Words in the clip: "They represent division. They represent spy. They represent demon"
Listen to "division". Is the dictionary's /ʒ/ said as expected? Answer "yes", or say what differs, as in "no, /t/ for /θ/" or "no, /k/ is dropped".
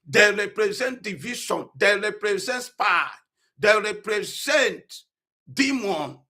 no, /ʃ/ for /ʒ/